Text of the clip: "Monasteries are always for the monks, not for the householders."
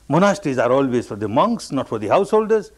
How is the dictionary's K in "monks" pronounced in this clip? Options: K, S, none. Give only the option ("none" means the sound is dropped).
K